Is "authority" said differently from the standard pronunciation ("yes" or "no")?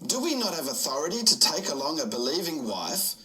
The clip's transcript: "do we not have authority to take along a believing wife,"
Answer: no